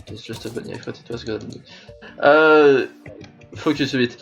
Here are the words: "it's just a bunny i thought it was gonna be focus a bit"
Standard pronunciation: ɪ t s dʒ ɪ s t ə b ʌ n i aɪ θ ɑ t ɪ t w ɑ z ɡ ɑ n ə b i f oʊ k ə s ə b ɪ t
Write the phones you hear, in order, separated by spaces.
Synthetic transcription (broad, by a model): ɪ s ʒ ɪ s t ə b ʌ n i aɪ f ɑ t ɪ t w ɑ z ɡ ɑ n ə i f oʊ k ə s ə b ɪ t